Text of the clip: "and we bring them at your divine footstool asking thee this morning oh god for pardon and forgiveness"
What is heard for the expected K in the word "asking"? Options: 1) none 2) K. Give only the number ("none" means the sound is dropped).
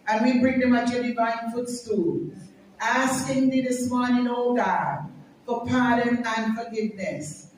2